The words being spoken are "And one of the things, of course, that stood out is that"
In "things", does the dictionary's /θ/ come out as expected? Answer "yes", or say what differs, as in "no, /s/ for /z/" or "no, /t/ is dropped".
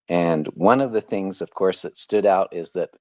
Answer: yes